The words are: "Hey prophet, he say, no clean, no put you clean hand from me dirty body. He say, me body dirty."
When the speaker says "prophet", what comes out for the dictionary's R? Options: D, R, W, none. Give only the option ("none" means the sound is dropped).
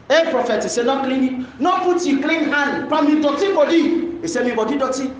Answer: R